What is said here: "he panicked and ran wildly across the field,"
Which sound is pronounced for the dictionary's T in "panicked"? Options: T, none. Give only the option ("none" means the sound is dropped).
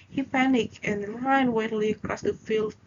none